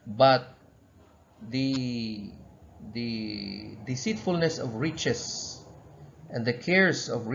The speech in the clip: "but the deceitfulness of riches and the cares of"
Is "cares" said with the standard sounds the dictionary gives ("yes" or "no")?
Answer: no